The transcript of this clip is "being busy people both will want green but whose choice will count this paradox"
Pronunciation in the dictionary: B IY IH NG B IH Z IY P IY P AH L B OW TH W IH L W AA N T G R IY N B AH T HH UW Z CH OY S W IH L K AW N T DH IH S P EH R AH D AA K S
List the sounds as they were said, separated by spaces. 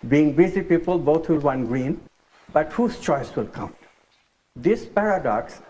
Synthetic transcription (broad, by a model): B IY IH NG B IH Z IY P IY P AH L B OW T W IH L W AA N G R IY N B AH T HH UW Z CH OY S W IH L K AW N T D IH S P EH R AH D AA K S